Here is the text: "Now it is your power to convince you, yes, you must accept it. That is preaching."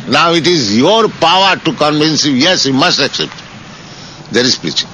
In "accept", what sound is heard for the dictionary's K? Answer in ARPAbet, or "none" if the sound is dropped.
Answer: K